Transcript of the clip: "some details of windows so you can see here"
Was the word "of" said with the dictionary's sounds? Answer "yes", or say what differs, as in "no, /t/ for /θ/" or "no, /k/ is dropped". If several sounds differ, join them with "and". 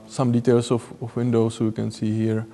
no, /f/ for /v/